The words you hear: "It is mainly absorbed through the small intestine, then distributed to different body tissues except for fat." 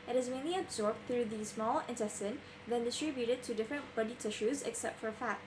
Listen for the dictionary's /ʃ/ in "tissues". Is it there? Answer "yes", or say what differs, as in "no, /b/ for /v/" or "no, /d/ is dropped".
yes